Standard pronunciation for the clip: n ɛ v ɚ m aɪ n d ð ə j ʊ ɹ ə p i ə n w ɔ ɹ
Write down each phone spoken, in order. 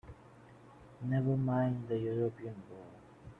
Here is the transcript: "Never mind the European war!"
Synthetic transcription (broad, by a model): n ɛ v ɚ m aɪ n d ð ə j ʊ ɹ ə p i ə n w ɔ l